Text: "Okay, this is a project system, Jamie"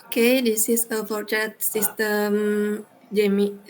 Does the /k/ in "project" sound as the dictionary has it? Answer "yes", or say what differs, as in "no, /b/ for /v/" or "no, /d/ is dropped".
no, /k/ is dropped